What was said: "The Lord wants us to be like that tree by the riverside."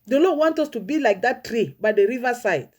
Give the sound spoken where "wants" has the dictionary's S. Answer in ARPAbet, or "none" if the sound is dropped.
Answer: none